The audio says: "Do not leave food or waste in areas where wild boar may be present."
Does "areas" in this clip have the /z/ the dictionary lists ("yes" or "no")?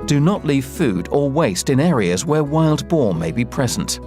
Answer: yes